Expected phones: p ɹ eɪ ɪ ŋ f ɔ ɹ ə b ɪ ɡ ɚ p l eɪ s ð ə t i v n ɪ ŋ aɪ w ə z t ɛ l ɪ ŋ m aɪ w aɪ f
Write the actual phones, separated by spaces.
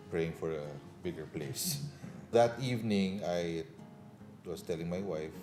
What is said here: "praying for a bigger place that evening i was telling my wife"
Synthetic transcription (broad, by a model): p ɹ eɪ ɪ ŋ f ɔ ɹ ə b ɪ ɡ ɚ p l eɪ s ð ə t i v n ɪ ŋ aɪ w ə s t ɛ l ɪ ŋ m aɪ w aɪ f